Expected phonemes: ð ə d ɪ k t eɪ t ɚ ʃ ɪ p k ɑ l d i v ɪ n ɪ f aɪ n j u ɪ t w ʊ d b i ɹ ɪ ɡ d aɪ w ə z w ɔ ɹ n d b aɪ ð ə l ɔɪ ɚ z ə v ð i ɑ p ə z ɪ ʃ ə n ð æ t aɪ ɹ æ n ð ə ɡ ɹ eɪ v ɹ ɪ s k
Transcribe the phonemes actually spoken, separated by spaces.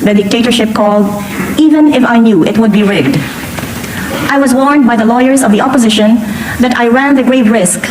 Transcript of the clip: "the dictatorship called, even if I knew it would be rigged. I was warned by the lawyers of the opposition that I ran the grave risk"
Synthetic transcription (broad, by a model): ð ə d ɪ k t eɪ t ɚ ʃ ɪ p k ɑ l d i v ɪ n ɪ f aɪ n j u ɪ t w ʊ d b i ɹ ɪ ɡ d aɪ w ə z w ɔ ɹ n d b aɪ ð ə l ɔɪ ɚ z ə v ð i ɑ p ə z ɪ ʃ ə n ð æ t aɪ ɹ æ n ð ə ɡ ɹ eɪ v ɹ ɪ s k